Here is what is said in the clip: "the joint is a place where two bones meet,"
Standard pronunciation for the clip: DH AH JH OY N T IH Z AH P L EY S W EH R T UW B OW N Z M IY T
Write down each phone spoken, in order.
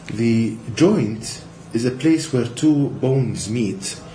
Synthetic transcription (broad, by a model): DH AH JH OY N T IH Z AH P L EY S W EH R T UW B OW N Z M IY T